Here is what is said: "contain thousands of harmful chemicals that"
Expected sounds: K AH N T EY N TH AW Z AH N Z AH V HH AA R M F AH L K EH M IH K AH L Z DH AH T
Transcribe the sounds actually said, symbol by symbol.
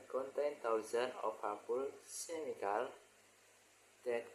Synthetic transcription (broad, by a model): K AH N T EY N T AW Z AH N AH F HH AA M P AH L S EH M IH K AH L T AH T